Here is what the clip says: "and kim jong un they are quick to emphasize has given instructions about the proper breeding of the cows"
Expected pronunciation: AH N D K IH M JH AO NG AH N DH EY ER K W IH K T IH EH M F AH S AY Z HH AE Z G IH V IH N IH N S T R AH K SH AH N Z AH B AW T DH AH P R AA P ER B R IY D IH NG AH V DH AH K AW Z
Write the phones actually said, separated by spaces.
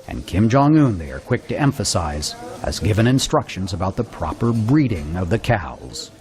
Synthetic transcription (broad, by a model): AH N K IH M JH AO NG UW N DH EY ER K W IH K T IH EH M F AH S AY Z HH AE Z G IH V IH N IH N S T R AH K SH AH N Z AH B AW T DH AH P R AA P ER B R IY D IH NG AH V DH AH K AW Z